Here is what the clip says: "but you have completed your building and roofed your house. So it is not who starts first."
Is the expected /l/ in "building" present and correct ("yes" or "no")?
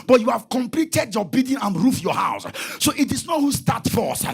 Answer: no